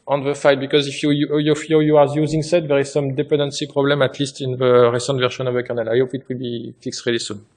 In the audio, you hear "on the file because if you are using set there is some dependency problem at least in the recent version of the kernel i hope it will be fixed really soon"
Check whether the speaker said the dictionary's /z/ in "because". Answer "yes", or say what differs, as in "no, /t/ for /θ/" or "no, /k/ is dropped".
yes